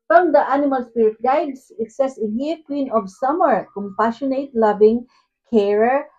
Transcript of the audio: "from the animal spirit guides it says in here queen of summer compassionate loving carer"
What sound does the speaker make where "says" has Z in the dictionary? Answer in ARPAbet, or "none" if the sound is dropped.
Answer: S